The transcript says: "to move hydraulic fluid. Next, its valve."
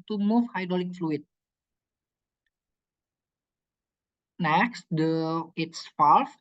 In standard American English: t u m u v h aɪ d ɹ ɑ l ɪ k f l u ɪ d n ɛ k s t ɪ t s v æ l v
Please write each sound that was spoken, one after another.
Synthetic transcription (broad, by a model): t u m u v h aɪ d ɑ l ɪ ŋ f l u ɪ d n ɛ k s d ɪ t s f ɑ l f